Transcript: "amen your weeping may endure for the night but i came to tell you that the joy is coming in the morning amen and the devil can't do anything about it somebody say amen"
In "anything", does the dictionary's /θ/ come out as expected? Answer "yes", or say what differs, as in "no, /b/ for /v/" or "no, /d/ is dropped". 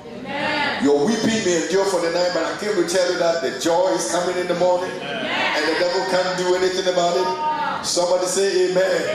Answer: yes